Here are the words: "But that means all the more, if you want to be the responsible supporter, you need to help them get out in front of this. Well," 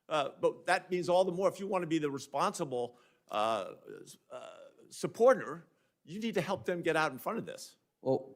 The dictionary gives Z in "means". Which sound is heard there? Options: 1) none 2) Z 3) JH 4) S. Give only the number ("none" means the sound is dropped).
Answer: 2